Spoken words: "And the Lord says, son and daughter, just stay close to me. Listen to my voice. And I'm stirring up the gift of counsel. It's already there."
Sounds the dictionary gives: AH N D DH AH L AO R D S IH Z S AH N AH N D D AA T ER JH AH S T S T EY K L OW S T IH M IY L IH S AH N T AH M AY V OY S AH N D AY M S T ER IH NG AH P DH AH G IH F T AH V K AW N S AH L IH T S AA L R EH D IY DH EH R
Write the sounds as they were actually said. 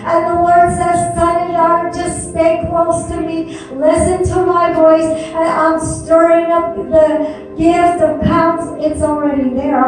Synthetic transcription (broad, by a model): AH N DH AH W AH R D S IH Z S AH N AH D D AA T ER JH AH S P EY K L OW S T IH M IY L IH S AH N T AH M AY V OY S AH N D AY M S T ER IH NG AH P DH AH G IH F T AH V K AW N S IH T S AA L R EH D IY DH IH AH